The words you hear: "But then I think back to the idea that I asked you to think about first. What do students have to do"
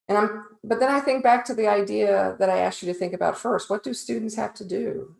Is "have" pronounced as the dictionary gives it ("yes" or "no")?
no